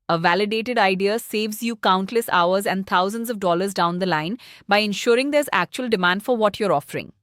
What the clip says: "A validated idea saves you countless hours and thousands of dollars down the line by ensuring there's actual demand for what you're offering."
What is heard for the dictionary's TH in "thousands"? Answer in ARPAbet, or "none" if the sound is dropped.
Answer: T